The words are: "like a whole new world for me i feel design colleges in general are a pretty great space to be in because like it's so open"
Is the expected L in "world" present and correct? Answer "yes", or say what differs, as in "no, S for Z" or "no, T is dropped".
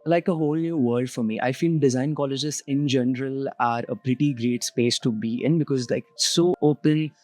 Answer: no, L is dropped